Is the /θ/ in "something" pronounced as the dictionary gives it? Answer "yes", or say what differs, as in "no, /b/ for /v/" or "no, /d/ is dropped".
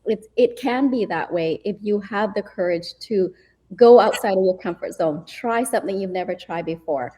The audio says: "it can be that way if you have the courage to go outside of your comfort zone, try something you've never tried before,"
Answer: yes